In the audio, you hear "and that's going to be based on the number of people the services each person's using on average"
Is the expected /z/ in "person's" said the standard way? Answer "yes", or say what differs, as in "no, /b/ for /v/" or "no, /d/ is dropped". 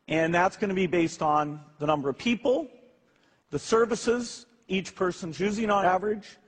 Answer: yes